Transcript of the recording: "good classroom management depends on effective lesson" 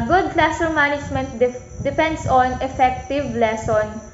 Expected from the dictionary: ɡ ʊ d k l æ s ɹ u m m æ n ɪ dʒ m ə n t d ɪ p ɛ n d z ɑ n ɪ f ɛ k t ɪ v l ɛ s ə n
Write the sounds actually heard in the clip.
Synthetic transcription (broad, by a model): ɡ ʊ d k l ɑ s u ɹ m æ n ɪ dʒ m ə n t d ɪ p ɛ n d s ɑ n ɪ f ɛ k t ɪ v l ɛ s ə n